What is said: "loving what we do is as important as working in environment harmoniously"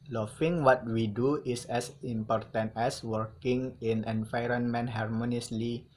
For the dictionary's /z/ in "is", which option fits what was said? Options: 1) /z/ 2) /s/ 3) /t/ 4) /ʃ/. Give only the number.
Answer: 2